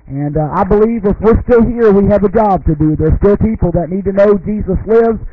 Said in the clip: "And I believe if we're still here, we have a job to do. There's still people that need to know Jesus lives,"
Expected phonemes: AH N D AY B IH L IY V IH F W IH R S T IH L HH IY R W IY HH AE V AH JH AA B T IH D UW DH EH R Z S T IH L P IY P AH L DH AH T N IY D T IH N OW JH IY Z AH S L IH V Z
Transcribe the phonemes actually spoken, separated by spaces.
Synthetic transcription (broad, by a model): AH N AY B IH L IY V IH F W IH R S T IH L HH IY R W IY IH V AH JH AA B T IH D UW DH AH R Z S T IH L P IY P L DH AH T N IY D T IH N OW JH IY Z AH S L IH V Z